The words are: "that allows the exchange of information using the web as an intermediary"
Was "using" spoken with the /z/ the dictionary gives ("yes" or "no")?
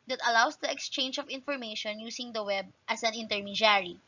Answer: no